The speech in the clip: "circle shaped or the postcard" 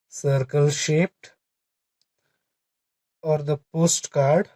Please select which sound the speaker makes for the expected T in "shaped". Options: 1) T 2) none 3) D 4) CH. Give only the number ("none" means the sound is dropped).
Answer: 1